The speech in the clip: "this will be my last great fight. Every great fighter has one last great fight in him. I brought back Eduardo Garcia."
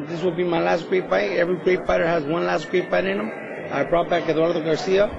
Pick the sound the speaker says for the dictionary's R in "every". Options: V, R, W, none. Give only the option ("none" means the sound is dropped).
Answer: R